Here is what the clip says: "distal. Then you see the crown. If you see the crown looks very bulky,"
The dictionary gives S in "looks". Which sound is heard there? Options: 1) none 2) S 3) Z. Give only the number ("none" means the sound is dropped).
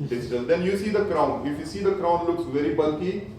2